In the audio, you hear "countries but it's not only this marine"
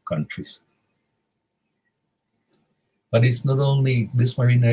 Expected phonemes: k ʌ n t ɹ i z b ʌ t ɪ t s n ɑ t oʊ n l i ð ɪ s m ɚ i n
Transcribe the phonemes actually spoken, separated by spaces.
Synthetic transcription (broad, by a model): k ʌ n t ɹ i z b ʌ t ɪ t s n ɑ t oʊ n l i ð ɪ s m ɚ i n